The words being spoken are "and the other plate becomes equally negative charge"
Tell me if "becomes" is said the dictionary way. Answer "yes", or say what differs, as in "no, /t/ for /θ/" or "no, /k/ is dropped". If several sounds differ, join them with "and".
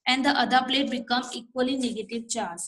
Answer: no, /z/ is dropped